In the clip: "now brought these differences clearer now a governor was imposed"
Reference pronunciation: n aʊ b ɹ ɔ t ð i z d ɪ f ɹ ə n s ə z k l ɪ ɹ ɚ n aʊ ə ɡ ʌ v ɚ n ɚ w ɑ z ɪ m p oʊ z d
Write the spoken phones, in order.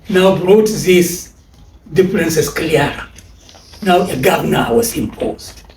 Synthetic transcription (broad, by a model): n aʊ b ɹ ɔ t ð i s d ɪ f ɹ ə n s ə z k l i ɚ n aʊ ə ɡ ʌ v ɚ n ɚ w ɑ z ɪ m p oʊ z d